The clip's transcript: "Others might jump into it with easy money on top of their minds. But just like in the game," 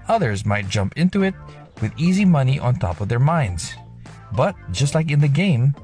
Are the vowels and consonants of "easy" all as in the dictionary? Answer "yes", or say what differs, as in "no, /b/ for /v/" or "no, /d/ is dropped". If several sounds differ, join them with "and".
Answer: yes